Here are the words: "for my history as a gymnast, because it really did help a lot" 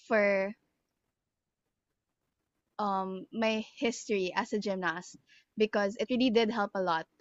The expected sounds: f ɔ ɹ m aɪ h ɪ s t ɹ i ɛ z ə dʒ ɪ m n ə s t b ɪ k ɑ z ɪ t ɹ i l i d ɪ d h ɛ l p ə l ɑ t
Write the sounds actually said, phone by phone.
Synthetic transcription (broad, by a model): f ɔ ɹ m aɪ h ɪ s t ɹ i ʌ s ə dʒ ɪ m n ə s t b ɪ k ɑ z ɪ t ɹ i l i d ɪ d h ɛ l p ə l ɑ t